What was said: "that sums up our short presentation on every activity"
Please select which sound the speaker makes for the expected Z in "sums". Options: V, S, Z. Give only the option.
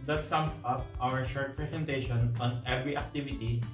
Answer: S